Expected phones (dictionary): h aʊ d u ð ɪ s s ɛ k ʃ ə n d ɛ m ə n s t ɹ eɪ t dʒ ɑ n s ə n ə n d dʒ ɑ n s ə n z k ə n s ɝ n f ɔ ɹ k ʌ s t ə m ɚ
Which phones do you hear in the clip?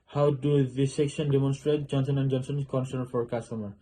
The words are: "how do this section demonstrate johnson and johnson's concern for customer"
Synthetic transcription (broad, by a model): h aʊ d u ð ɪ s s ɛ k ʃ ə n d ɛ m ə n s t ɹ eɪ t dʒ ɑ n s ə n ə n d dʒ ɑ n s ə n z k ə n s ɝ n f ɔ ɹ k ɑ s t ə m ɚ